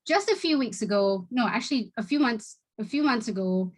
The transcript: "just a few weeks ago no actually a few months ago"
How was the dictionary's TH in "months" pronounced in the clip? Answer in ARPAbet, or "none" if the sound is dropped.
TH